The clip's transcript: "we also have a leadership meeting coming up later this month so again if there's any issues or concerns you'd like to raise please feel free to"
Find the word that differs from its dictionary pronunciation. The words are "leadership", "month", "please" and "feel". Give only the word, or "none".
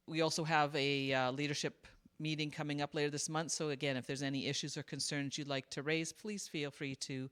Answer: none